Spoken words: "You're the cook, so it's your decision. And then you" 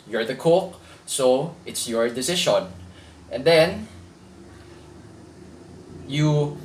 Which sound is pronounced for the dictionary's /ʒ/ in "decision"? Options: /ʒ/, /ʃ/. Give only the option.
/ʃ/